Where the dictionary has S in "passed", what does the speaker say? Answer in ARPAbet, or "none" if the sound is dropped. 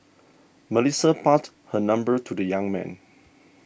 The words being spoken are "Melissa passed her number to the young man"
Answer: none